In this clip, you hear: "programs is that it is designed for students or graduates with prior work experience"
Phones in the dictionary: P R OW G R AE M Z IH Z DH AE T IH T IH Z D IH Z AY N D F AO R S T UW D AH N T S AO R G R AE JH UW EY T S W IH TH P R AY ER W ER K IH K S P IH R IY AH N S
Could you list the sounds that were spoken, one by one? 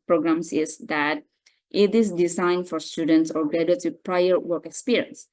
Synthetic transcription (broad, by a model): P R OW G R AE M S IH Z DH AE T IH T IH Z D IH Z AY N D F AO R S T UW D AH N T S AO R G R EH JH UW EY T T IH P R AY ER W ER K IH K S P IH R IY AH N S